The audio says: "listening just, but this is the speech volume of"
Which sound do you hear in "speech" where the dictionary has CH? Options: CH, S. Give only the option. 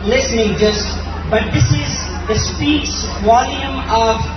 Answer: S